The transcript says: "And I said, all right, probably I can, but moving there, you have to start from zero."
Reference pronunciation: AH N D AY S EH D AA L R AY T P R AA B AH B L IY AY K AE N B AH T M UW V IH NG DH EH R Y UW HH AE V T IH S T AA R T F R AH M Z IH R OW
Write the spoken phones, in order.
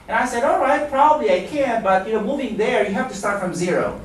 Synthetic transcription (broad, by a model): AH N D AY S EH D AA L R AY T P R AA B AH B L IY AY K AE N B AH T M UW V IH NG DH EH R Y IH HH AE F T IH S T AA R T F R AH M Z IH R OW